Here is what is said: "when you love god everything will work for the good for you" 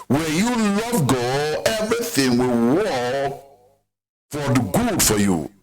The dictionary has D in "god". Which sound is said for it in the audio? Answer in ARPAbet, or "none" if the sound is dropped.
none